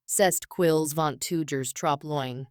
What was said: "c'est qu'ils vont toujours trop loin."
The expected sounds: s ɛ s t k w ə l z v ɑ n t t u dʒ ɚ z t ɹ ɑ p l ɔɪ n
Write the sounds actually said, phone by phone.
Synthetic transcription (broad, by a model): s ɛ s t k w ə l z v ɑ n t t u dʒ ɚ z t ɹ ɑ p l ɔɪ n